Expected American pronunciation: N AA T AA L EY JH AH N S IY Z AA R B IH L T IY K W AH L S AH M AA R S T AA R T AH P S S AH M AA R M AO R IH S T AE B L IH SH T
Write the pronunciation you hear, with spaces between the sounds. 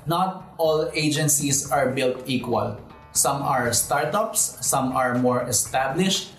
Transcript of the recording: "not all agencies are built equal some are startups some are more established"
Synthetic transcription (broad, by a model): N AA T AA L EY JH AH N S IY S AA R B IH L T IY K W AH L S AH M AA R S T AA R T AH P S S AH M AA R M AO R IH S T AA B L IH SH T